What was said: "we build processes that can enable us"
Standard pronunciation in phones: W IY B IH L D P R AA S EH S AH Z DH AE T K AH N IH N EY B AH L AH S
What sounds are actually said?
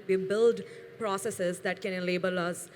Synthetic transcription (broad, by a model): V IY B IH L D P R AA S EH S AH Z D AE T K AH N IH L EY B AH L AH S